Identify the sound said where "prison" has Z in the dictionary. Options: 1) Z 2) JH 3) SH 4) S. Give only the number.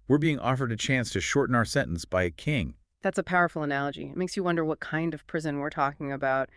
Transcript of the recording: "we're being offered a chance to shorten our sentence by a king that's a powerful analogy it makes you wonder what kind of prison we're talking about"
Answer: 1